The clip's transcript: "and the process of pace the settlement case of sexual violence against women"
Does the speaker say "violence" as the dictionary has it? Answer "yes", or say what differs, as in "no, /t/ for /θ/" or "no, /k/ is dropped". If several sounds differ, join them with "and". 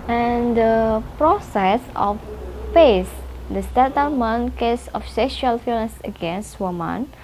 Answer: no, /f/ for /v/ and /n/ is dropped